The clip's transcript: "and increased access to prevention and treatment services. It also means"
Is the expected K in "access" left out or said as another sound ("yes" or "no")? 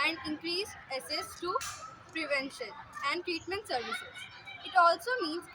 yes